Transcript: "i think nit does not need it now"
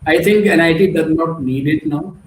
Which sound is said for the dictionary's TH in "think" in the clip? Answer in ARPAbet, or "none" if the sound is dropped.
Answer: T